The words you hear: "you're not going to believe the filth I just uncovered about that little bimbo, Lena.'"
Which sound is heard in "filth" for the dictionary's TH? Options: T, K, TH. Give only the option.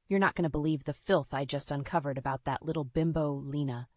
TH